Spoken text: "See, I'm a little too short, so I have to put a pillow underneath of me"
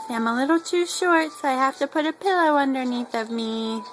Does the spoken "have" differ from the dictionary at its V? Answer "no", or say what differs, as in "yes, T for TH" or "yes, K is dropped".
yes, F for V